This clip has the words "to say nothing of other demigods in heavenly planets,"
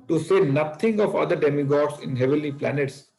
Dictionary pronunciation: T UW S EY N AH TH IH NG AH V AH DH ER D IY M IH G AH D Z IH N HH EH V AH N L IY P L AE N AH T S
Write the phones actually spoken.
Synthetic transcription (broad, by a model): T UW S EY N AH T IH NG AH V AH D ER D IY M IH G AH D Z IH N HH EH V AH L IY P L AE N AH T S